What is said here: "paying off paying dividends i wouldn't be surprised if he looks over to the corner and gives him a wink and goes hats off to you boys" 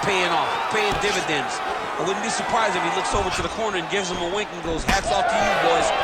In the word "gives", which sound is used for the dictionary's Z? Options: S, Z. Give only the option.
Z